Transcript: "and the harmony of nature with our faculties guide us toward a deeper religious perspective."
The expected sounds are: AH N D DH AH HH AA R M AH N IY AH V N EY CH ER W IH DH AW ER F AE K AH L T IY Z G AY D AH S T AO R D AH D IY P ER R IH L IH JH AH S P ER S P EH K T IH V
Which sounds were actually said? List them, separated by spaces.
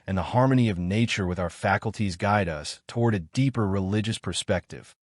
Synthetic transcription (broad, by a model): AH N DH AH HH AA R M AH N IY AH V N EY CH ER W IH DH AW ER F AE K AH L T IY Z G AY D AH S T AO R D AH D IY P ER R IH L IH JH AH S P ER S P EH K T IH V